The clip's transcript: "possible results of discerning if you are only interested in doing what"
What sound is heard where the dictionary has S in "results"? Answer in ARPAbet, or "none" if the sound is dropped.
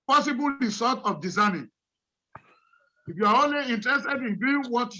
none